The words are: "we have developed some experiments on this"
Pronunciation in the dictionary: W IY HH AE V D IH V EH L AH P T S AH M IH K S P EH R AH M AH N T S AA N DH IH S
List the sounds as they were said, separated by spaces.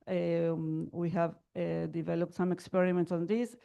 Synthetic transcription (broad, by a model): W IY HH AE V D IH V EH L AH P T S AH M IH K S P EH R AH M AH N T S AA N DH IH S